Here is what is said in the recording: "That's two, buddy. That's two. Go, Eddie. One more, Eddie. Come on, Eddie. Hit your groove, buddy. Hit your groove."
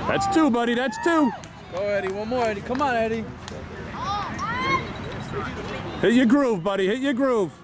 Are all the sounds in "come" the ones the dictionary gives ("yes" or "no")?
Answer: yes